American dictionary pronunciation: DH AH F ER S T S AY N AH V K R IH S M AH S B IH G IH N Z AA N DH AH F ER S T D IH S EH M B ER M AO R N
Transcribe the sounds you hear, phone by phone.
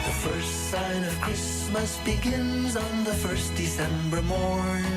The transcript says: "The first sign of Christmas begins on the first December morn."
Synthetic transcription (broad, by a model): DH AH F ER S T S AY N AH V K R IH S M AH S B IH G IH N Z N DH AH F ER S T D IH S EH M B ER M AO R